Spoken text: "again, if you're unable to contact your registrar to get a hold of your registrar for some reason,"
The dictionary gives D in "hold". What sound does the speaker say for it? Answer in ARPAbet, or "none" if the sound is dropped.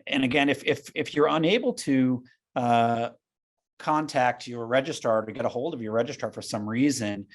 D